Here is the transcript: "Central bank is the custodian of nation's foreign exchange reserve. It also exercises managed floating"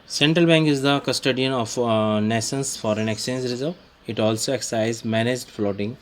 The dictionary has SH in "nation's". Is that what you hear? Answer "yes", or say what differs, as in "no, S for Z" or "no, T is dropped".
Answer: no, S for SH